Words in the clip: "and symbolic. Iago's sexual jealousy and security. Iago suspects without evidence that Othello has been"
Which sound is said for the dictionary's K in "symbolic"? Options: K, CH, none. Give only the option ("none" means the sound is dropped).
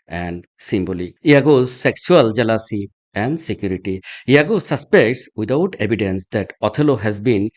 none